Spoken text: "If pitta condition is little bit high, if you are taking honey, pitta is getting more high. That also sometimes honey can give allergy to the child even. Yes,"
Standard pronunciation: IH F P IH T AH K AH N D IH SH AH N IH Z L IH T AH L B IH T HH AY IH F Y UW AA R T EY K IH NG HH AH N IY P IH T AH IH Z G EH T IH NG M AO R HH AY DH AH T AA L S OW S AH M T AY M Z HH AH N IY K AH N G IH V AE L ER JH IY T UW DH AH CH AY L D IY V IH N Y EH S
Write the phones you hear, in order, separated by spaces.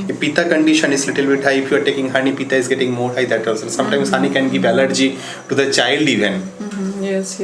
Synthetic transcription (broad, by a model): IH P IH T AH K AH N D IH SH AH N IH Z L IH T AH L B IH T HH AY IH F Y UW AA R T EY K IH NG HH AH N IY P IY T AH IH Z G EH T IH NG M AO R HH AY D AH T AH S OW S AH M T AY M S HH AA N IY K AH N G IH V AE L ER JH IY T UW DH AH CH AY L D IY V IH N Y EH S